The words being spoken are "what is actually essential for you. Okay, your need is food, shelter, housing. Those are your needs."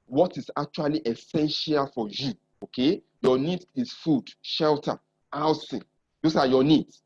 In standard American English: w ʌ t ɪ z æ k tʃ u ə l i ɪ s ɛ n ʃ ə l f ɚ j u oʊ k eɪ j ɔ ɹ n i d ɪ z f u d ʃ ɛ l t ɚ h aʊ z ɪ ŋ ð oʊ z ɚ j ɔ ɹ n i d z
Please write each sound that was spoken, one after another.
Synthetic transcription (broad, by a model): w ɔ t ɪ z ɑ k tʃ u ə l i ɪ s ɛ n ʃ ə l f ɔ j u oʊ k eɪ j ɔ n i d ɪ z f u d ʃ ɛ l t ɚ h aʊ s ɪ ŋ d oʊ s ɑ j ɔ n i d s